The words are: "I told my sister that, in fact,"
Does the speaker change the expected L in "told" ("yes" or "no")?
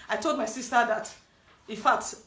no